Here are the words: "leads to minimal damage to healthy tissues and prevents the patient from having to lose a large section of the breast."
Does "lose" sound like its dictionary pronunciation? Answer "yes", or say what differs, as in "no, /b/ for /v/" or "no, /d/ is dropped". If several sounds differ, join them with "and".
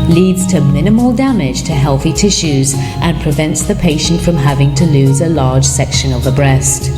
yes